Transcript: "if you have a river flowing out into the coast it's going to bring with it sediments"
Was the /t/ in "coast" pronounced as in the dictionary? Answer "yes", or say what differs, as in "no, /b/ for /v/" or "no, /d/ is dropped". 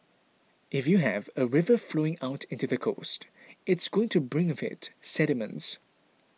yes